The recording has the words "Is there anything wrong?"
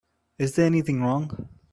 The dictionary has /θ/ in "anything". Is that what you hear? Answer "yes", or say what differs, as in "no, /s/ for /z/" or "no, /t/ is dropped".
yes